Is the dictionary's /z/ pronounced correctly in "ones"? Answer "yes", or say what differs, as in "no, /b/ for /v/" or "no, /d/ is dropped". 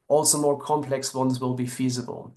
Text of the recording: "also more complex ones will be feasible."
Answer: yes